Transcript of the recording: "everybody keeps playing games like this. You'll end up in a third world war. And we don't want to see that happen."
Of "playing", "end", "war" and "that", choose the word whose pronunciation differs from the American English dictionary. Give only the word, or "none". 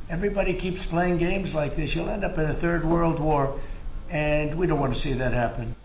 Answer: none